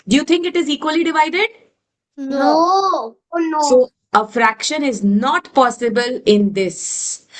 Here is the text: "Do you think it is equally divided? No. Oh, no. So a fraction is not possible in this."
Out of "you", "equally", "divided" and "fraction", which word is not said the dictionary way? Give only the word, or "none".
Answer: none